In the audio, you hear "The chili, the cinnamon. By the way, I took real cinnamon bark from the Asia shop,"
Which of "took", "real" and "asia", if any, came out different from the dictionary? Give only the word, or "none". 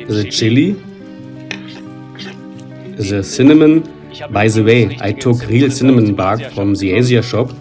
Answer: asia